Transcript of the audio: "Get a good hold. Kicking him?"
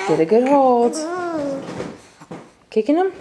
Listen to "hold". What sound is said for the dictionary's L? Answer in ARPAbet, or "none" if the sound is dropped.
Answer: none